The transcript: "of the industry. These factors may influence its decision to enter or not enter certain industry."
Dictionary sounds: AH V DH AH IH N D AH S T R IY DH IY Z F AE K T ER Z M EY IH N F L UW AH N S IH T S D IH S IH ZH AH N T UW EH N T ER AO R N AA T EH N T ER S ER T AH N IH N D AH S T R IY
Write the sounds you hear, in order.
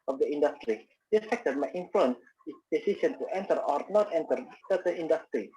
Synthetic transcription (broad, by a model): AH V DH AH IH N D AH S T R IY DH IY F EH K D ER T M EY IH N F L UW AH N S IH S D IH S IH SH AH N T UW EH N T ER AO R N AA T EH N T ER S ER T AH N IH N D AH S T R IY